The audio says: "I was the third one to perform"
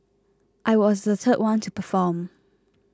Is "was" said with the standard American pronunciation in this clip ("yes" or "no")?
yes